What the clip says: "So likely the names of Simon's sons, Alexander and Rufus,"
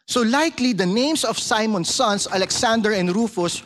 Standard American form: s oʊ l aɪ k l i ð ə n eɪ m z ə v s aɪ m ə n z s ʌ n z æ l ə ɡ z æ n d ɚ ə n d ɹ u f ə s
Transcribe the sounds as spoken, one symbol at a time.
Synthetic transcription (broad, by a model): s oʊ l aɪ k l i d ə n eɪ m s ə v s aɪ m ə n s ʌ n s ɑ l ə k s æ n d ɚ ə n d ɹ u f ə s